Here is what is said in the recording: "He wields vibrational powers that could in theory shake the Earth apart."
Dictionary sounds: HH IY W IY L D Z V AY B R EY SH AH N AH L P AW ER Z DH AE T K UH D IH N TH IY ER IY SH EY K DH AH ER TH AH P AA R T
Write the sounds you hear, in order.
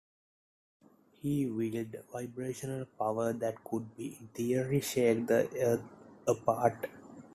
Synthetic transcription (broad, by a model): HH IY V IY L D V AY B R EY SH AH N AH L P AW ER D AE T K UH D IH N T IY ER IY SH EY K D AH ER T AH P AA R T